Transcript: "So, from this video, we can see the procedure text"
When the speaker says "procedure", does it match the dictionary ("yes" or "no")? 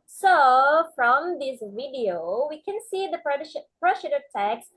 no